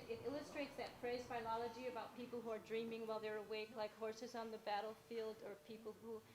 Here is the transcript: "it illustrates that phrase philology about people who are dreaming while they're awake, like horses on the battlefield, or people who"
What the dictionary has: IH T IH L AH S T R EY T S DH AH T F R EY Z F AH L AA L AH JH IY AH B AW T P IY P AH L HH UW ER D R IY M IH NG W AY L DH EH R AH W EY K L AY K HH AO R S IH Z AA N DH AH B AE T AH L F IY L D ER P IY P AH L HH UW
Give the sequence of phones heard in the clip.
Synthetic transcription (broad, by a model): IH T IH L AH S T R EY T S DH AH T P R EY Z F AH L AA L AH JH IY AH B AW T P IY P L HH UW ER D R IY M IH NG W AY L DH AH R AH W EY K L AY K HH AO R S IH Z N DH AH B AE T L F IY L D ER P IY P L HH UW